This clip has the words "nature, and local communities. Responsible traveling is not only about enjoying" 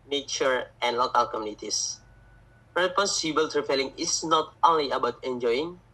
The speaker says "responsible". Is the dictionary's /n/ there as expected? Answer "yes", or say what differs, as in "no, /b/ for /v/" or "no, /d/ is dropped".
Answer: no, /n/ is dropped